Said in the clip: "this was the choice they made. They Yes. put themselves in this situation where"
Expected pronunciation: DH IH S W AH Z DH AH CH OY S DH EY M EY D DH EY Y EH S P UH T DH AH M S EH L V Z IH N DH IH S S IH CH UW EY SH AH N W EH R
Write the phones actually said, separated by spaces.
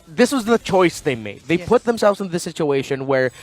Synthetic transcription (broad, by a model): DH IH S W AH Z DH AH CH OY S DH EY M EY D DH EY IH P UH T DH AH M S EH L V Z IH N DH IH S S IH CH UW EY SH AH N W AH R